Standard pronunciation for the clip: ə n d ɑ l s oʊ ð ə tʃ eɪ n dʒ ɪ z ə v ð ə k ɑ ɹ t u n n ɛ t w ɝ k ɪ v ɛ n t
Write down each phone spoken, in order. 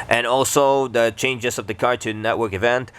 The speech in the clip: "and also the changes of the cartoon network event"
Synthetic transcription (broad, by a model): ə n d ɑ l s oʊ ð ə tʃ eɪ n dʒ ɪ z ə v ð ə k ɑ ɹ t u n n ɛ t w ɝ k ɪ v ɛ n t